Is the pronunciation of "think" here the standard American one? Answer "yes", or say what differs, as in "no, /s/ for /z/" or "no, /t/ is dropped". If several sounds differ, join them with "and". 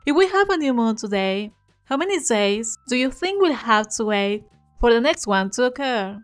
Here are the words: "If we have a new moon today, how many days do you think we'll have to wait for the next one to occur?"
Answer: yes